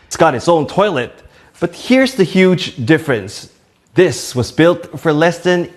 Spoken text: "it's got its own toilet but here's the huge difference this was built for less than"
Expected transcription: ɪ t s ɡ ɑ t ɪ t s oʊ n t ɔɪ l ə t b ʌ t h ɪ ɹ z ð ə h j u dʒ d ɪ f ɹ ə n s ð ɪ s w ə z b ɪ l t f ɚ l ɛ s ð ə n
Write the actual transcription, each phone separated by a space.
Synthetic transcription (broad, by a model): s ɡ ɑ t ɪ t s oʊ n t ɔɪ l ə t b ʌ t h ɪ ɹ z ð ə h j u dʒ d ɪ f ɹ ə n s ð ɪ s w ə z b ɪ l t f ɚ l ɛ s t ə n